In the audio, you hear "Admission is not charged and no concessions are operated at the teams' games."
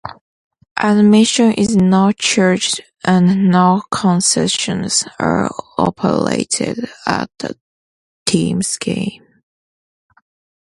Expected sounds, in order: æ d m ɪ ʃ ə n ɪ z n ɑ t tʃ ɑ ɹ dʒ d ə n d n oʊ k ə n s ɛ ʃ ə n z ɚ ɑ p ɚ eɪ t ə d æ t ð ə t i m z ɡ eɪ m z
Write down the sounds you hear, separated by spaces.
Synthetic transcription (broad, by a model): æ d m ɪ ʃ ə n ɪ z n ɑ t tʃ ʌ ɹ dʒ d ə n n oʊ k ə n s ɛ ʃ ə n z ɚ ɑ p ɚ eɪ t ə d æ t ð ə t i m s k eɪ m